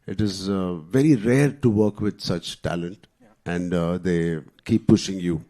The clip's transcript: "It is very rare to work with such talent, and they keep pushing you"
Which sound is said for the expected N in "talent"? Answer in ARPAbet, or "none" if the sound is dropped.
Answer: N